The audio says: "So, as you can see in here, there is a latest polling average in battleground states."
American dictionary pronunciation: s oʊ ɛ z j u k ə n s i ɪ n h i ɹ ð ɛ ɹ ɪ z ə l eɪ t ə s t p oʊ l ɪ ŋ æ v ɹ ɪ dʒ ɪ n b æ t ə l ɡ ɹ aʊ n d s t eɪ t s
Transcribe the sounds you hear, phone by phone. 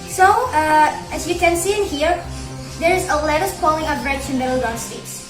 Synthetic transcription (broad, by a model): s oʊ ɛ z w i k ə n s i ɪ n h i ɹ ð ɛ ɹ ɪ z ə l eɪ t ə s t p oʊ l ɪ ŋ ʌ p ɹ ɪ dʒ ɪ n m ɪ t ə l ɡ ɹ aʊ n s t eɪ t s